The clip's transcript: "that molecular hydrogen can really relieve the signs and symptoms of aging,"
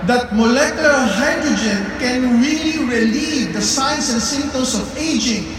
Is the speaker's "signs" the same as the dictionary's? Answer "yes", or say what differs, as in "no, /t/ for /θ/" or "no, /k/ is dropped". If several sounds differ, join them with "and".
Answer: no, /s/ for /z/